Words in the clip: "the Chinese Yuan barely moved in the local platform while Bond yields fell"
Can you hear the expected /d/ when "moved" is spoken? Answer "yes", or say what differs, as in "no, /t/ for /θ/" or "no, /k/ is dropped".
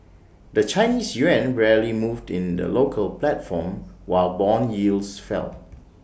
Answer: yes